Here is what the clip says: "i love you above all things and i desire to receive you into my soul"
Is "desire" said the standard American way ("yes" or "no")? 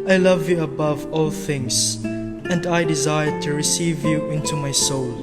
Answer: yes